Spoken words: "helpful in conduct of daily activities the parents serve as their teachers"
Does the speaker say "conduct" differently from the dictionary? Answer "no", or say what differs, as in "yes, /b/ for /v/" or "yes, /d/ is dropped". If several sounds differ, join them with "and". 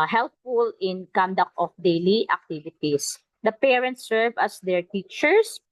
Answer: no